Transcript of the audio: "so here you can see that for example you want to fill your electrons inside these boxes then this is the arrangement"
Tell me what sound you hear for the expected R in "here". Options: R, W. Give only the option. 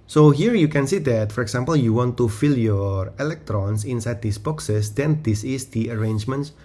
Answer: R